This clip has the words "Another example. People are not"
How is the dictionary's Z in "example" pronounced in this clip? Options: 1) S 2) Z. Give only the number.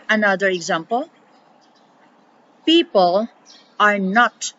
2